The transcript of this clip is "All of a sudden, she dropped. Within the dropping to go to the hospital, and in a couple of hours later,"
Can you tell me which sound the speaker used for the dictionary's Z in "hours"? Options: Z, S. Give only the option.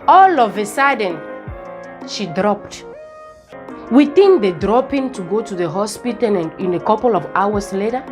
S